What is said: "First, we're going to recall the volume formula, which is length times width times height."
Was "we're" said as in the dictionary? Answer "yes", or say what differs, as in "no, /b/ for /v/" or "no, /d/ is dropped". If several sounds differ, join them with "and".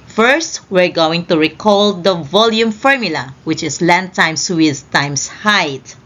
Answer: yes